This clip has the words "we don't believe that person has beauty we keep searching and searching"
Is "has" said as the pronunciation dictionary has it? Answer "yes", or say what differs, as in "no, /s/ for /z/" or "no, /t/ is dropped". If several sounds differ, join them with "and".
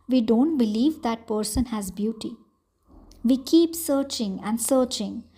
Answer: yes